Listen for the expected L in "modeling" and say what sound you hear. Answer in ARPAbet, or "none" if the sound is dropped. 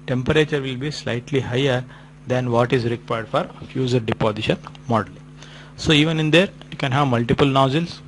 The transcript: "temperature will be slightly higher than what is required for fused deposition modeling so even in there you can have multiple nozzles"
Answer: none